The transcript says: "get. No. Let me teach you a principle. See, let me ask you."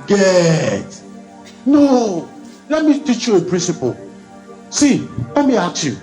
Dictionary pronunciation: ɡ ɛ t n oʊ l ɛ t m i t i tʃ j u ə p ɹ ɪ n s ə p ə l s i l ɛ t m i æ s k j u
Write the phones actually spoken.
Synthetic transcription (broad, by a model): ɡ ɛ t n oʊ l ɛ t m i t i tʃ j u ə p ɹ ɪ n s ə p ə l s i l ɛ t m i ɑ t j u